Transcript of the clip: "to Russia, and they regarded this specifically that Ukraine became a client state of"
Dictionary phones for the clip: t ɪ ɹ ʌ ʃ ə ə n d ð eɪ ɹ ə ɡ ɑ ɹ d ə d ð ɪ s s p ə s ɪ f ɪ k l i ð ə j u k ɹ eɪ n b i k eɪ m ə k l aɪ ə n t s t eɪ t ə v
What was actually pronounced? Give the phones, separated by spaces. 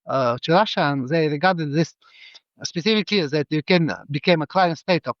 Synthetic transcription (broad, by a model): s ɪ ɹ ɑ ʃ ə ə n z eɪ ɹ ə ɡ ɑ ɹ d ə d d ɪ s s p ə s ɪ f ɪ k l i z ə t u k eɪ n b i k eɪ m ə k l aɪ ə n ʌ s t eɪ t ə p